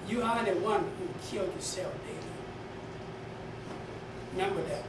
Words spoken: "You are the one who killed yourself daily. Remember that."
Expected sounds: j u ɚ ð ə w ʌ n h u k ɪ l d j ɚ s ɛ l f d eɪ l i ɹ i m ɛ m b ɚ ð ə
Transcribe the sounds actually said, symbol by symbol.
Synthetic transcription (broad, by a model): j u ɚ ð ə w ʌ n h u k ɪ l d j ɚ s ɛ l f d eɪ i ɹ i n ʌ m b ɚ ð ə